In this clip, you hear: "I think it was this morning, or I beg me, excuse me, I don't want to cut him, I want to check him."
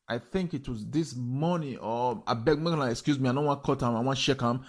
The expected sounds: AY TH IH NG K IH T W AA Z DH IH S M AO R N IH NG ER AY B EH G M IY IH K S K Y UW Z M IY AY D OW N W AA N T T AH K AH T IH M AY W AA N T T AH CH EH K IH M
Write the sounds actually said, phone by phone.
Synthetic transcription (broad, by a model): AY TH IH NG K IH T W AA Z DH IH S M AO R N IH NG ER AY B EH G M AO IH K S K Y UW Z M IY AY D OW N W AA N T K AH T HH IH M AY W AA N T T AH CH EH K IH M